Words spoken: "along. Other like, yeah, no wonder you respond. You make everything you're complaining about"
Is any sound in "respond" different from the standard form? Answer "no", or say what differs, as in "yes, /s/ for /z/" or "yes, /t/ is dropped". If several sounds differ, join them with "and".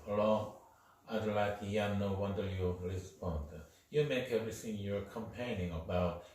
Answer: yes, /l/ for /ɹ/